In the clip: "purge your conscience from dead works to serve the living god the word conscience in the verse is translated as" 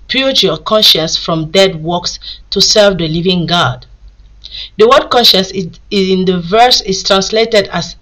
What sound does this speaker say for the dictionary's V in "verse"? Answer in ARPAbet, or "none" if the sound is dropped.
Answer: V